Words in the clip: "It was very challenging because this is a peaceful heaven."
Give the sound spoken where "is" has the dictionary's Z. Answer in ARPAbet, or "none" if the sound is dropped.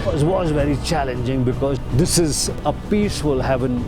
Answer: Z